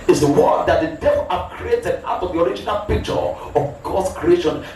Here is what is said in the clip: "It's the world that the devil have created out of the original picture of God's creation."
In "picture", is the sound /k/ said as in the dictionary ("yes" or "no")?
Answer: yes